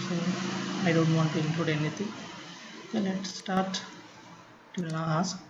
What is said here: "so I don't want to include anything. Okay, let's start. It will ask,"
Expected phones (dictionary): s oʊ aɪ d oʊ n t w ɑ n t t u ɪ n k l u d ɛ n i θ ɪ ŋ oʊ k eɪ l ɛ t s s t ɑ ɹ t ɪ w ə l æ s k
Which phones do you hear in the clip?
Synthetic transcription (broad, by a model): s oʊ aɪ d oʊ n t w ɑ n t t u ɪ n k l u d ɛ n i t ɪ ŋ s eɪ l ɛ t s s t ɑ ɹ t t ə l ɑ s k